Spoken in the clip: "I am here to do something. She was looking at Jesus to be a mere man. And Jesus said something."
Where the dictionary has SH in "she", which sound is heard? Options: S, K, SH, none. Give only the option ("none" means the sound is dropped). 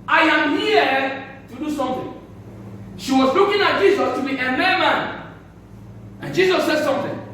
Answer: SH